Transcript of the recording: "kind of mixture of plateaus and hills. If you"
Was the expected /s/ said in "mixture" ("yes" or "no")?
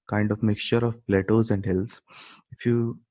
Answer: yes